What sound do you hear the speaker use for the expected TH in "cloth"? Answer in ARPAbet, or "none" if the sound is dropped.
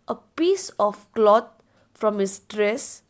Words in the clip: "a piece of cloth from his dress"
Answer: T